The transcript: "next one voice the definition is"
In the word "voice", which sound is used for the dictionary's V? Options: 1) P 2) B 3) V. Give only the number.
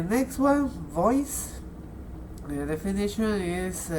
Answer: 3